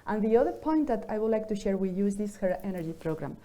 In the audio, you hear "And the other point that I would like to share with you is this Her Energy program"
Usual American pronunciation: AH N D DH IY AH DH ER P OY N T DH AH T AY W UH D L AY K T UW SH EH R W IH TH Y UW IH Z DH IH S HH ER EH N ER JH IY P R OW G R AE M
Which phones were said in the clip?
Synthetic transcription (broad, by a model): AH N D DH IY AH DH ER P OY N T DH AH T AY W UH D L AY K T UW SH EH R W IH Y UW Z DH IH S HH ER EH N ER JH IY P R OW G R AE M